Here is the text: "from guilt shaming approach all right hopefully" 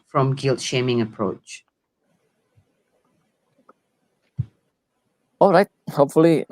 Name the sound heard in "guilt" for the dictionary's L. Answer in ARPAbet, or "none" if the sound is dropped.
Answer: L